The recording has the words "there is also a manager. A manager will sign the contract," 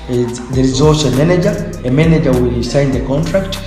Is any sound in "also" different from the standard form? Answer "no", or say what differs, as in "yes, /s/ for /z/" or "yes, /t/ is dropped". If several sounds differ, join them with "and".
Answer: yes, /l/ is dropped